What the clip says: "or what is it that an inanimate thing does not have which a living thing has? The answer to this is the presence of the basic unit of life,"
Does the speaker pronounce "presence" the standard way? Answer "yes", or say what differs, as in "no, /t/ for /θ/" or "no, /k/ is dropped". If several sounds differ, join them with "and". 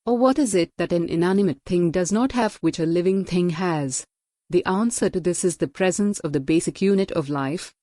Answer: yes